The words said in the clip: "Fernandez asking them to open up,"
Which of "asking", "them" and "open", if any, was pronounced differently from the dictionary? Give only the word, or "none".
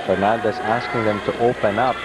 none